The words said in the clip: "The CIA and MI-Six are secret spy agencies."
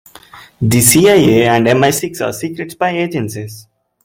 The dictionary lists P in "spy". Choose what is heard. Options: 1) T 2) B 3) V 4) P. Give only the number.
2